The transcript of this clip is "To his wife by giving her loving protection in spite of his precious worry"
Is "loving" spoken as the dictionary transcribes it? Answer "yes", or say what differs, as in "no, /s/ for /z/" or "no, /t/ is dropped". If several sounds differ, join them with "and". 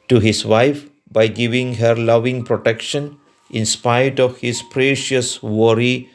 yes